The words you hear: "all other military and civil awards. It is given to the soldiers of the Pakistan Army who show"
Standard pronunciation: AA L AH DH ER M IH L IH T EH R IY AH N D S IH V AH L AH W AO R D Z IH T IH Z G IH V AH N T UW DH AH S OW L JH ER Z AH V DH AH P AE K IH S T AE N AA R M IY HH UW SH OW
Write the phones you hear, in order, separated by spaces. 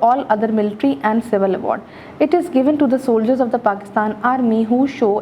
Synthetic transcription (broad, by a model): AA L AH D ER M IH L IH T R IY AH N D S IH V AH L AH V AO R D IH T IH Z G IH V AH N T UW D AH S OW L JH ER Z AH V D AH P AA K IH S T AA N AA R M IY HH UW SH OW